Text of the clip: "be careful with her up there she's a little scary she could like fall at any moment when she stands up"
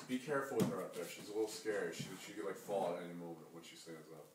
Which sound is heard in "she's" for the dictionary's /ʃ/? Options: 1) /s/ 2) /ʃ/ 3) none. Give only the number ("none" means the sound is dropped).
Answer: 2